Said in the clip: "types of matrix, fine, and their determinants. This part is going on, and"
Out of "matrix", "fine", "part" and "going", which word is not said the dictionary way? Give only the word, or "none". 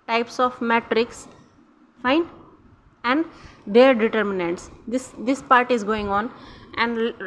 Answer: none